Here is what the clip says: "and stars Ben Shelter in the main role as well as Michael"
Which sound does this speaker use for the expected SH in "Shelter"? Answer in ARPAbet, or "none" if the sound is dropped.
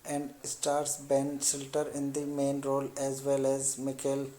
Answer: S